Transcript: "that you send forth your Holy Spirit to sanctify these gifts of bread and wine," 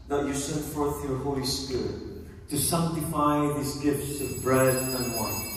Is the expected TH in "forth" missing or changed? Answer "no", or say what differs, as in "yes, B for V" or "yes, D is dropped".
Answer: no